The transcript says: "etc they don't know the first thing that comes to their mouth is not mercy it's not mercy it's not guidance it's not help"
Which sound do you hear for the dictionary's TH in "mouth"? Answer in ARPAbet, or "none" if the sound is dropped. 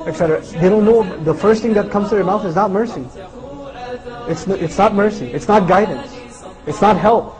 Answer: TH